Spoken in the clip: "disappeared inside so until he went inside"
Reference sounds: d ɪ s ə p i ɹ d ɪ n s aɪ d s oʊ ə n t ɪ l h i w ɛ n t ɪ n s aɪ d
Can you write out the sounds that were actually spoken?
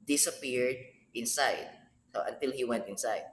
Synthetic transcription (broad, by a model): d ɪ s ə p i ɹ d ɪ n s aɪ d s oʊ ə n t ɪ l h i w ɛ n t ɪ n s aɪ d